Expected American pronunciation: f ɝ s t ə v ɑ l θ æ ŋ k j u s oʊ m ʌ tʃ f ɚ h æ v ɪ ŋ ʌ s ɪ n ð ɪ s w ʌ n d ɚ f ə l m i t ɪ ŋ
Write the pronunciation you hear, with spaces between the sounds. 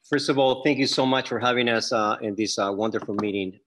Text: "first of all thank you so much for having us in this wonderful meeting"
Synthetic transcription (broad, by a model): f ɝ s t ə v ɑ l θ æ ŋ k j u s oʊ m ʌ tʃ f ɚ h æ v ɪ ŋ ʌ s ɪ n ð ɪ s w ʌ n d ɚ f l m i t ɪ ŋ